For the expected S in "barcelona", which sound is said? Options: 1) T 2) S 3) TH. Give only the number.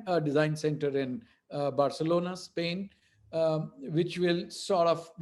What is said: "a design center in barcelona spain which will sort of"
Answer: 2